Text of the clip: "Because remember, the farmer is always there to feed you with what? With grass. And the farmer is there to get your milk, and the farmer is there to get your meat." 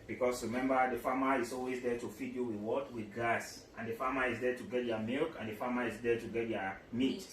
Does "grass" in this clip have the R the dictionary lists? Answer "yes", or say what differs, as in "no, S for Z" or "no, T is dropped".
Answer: no, R is dropped